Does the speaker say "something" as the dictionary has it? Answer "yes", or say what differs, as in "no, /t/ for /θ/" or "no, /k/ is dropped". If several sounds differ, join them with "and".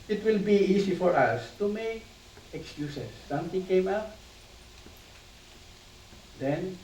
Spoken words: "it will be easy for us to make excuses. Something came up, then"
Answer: no, /t/ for /θ/